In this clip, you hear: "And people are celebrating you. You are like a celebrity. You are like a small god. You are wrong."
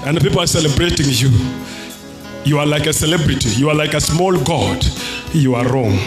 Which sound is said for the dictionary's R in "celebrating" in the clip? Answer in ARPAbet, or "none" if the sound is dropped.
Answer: R